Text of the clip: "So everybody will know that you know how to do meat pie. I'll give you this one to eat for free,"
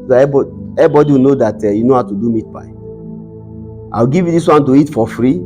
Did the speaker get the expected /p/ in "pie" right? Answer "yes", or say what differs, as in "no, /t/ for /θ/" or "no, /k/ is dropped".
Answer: no, /b/ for /p/